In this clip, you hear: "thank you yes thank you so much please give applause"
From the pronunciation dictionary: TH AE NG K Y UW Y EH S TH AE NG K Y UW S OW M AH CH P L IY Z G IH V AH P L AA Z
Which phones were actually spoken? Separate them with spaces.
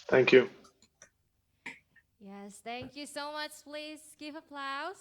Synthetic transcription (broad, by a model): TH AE NG K Y UW Y EH S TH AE NG K Y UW S OW M AH CH P L IY Z G IH V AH P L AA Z